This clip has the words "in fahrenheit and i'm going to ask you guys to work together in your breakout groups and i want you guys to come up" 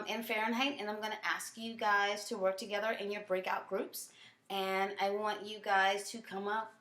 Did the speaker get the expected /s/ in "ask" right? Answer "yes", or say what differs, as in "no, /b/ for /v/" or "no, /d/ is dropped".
yes